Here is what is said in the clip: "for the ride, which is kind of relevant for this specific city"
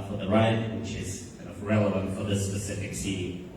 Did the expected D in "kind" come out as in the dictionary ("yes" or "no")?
no